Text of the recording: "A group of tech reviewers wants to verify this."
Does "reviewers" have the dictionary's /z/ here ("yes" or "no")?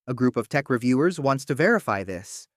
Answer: yes